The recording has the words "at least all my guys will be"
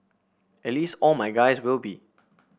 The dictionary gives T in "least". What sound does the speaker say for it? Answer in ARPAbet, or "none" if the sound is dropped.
T